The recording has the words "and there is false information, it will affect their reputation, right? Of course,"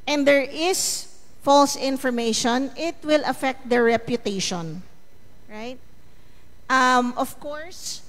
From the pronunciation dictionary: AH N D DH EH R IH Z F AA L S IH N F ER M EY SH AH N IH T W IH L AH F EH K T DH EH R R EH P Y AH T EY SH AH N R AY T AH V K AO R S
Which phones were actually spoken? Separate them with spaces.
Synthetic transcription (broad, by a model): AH N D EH R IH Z F AA L S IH N F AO M EY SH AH N IH T W IH L AH F EH K T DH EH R R EH P Y AH T EY SH AH N R AY T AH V K AO R S